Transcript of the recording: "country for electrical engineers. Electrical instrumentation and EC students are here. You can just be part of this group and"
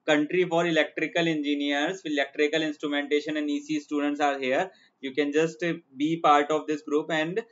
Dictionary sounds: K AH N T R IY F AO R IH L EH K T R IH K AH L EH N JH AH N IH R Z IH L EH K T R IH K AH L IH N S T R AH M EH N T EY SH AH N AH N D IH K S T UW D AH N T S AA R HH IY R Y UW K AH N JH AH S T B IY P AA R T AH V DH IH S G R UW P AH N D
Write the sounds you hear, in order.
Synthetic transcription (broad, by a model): K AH N T R IY F AO R IH L EH K T R IH K AH L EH N JH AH N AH R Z IH L EH K T R IH K AH L IH N S T R AH M EH N T EY SH AH N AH N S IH S T UW D AH N T S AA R HH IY R Y UW K AH N JH AH S T B IY P AA R T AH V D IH S G R UW P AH N D